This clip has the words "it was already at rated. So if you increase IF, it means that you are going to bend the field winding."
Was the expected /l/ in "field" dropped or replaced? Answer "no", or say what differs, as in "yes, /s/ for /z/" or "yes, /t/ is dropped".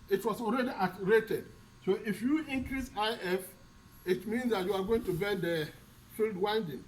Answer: no